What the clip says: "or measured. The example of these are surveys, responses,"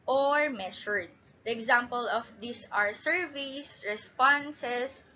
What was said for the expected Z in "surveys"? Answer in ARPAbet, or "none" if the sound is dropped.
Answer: S